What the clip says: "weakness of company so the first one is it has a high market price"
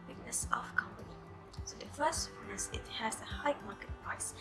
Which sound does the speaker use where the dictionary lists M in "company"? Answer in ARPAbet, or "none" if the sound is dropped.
M